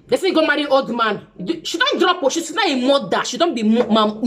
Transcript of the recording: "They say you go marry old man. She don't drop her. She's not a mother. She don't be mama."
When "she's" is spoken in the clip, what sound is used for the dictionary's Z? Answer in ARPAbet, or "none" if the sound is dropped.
S